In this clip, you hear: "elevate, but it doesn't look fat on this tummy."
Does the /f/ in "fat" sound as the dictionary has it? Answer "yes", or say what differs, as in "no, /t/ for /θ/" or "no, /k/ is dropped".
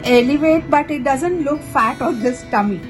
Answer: yes